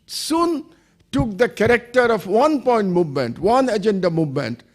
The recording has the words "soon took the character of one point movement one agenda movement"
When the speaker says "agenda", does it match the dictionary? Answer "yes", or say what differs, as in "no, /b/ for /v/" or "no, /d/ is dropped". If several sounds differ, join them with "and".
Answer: yes